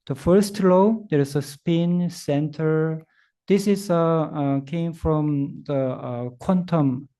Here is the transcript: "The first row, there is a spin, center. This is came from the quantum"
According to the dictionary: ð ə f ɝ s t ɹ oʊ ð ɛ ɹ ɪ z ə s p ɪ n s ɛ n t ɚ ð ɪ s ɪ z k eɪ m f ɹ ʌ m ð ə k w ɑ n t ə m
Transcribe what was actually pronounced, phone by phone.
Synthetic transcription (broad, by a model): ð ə f ɝ s t l oʊ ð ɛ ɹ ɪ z ə s p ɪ n s ɛ n t ɚ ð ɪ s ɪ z k eɪ m f ɹ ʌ m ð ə k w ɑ n t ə m